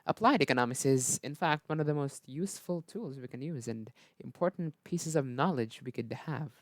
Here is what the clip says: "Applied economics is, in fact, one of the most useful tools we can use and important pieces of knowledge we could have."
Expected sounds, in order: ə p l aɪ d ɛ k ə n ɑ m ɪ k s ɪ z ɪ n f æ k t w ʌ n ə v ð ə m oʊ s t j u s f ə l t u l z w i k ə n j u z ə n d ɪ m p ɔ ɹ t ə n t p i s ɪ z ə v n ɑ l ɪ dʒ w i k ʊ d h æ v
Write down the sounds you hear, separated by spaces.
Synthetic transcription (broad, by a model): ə p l aɪ d ɛ k ə n ɑ m ɪ k s ɪ z ɪ n f æ k t w ʌ n ə v ð ə m oʊ s t j u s f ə l t u l z w i k ə n j u z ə n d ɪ m p ɔ ɹ t n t p i s ɪ z ə v n ɑ l ɪ dʒ w i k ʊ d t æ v